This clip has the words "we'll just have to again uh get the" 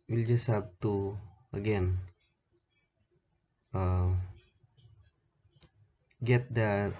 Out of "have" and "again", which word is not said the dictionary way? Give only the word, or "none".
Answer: have